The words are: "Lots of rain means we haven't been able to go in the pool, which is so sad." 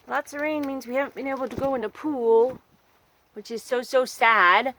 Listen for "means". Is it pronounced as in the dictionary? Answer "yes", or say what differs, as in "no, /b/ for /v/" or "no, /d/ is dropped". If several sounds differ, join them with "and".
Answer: yes